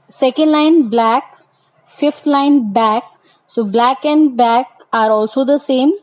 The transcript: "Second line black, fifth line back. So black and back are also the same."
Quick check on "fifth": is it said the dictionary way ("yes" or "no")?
no